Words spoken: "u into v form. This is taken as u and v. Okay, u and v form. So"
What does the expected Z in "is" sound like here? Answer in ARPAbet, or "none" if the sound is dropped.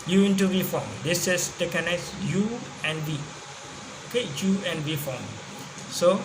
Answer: S